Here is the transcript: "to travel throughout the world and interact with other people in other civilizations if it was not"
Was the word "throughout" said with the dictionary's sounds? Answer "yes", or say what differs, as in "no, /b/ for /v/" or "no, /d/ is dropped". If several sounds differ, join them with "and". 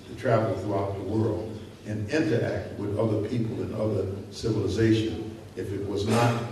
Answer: yes